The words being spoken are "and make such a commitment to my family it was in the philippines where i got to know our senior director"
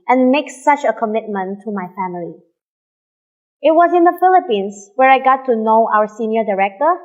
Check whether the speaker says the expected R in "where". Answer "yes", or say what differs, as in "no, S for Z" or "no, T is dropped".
yes